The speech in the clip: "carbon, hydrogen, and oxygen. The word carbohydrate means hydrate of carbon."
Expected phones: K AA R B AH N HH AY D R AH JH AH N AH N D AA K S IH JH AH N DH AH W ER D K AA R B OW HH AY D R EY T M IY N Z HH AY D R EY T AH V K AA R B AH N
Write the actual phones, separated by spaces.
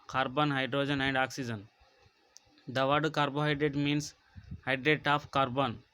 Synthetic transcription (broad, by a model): K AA R B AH N HH AY D R AH JH AH N AH N D AA K S IH JH AH N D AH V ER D K AA R B OW HH AY D R EY T M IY N S HH AY D R EY T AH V K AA R B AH N